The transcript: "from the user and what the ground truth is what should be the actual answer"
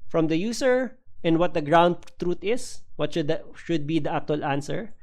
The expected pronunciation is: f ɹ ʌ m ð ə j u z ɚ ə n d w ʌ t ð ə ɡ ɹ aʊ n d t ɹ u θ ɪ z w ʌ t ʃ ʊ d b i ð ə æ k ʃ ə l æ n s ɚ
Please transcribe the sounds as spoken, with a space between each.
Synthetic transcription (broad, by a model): f ɹ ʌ m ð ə j u s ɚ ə n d w ʌ t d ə ɡ ɹ aʊ n d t ɹ u t ɪ s w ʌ t ʃ ʊ d b i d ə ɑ k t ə l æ n s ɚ